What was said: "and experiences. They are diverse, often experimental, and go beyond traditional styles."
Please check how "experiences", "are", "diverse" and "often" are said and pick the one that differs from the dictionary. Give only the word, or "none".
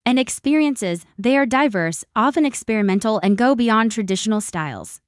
none